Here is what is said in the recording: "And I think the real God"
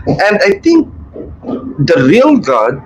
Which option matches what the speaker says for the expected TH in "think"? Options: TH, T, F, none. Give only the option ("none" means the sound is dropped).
T